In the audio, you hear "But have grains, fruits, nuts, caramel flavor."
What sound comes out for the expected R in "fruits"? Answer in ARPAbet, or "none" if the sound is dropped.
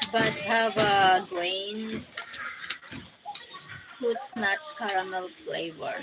none